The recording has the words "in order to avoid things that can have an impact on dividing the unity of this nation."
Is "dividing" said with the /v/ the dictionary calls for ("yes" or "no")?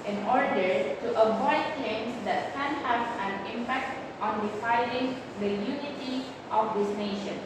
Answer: no